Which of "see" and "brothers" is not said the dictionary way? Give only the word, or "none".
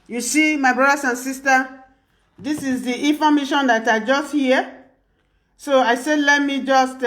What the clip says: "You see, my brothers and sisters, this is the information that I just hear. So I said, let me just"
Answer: brothers